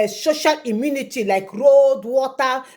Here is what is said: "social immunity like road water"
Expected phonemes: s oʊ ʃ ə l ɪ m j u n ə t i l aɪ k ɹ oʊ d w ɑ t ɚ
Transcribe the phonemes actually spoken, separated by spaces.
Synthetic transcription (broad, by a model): s oʊ ʃ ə l ɪ m j u n ə t i l aɪ k ɹ oʊ d w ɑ t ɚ